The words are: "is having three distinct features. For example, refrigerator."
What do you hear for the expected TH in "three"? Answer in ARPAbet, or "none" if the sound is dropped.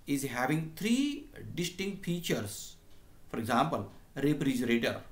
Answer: T